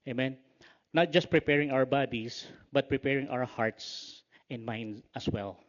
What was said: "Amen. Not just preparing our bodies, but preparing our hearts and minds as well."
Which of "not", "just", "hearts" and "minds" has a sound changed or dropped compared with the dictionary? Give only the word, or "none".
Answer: minds